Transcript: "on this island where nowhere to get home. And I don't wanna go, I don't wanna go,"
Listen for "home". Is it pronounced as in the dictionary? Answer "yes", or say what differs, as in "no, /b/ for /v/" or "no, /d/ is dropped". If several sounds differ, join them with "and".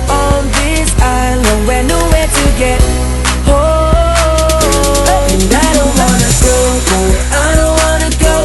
no, /m/ is dropped